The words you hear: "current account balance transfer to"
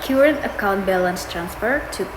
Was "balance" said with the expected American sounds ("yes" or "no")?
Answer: yes